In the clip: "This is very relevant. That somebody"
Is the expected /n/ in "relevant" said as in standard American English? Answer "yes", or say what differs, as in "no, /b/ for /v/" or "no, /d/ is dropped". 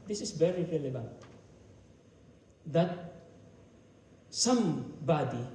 yes